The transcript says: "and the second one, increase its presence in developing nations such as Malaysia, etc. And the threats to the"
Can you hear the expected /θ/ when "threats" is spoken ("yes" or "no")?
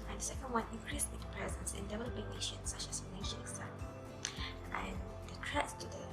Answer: no